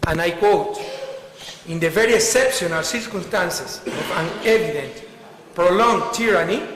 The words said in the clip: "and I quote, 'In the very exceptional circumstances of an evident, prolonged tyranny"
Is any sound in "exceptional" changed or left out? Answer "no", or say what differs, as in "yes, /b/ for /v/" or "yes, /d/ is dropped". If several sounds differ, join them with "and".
yes, /k/ is dropped